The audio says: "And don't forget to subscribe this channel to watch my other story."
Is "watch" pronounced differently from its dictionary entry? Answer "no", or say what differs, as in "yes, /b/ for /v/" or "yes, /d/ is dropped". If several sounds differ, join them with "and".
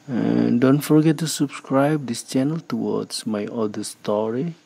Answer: yes, /s/ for /tʃ/